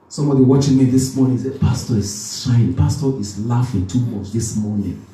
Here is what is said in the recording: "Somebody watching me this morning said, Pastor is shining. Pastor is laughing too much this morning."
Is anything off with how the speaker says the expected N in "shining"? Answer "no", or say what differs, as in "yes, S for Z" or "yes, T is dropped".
yes, N is dropped